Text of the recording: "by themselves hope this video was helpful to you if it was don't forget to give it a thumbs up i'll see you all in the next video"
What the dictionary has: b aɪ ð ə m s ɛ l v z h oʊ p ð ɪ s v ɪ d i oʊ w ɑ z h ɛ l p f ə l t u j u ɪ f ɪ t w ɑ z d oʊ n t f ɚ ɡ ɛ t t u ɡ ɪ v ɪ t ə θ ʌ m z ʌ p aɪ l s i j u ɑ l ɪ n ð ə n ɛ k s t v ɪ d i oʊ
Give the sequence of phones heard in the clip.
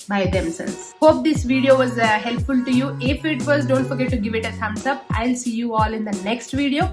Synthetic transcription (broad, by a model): b aɪ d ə m s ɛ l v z h oʊ p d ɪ s v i d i oʊ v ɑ z h ɛ l p f ə l t u j u ɪ f ɪ t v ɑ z d oʊ n t f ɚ ɡ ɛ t t u ɡ ɪ v ɪ t ə s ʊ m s ʌ p aɪ l s i j u ɑ l ɪ n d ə n ɛ k s t v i d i oʊ